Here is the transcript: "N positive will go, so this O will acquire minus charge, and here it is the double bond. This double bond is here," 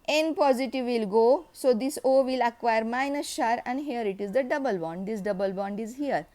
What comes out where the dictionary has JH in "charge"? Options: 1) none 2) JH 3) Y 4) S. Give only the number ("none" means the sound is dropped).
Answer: 1